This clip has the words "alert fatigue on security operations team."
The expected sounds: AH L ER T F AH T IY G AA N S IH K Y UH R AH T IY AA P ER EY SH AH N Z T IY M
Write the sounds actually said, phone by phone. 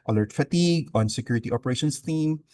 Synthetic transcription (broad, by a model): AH L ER T F AH T IY G AA N S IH K Y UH R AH T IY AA P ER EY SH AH N S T IY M